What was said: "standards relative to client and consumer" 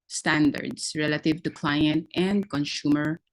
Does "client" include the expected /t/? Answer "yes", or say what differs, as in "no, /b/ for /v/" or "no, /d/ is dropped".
yes